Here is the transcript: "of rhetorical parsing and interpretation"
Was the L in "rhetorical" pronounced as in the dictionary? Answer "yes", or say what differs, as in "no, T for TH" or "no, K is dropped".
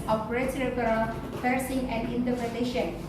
no, N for L